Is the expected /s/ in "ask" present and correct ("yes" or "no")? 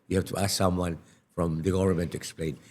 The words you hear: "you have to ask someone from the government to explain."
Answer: yes